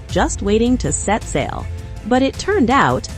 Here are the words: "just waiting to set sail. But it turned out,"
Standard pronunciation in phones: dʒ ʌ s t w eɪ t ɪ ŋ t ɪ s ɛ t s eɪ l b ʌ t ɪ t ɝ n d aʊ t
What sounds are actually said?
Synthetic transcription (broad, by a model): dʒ ʌ s t w eɪ t ɪ ŋ t ɪ s ɛ t s eɪ l b ʌ t ɪ t ɝ n d aʊ t